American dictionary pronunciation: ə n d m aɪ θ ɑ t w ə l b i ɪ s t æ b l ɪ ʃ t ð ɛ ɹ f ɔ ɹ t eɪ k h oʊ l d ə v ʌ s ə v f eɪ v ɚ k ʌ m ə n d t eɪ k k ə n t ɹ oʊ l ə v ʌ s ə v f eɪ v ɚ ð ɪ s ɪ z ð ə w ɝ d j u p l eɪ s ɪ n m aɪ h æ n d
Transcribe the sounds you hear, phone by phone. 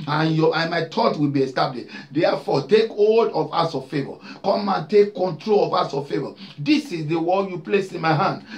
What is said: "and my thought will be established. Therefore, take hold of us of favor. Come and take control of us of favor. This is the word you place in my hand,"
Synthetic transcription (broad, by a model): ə n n m aɪ t ɑ t w ə l b i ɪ s t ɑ b l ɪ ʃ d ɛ f ɔ t eɪ k h oʊ l d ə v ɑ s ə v f eɪ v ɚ k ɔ m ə n t eɪ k k ə n t ɹ oʊ l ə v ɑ s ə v f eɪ v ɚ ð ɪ s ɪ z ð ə w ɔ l j u p l eɪ s ɪ n m aɪ h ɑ n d